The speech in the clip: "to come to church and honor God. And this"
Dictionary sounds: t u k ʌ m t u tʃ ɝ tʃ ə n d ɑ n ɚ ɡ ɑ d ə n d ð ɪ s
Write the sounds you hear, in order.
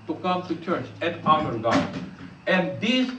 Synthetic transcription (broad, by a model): t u k ʌ m t u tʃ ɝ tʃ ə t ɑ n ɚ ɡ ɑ ə n d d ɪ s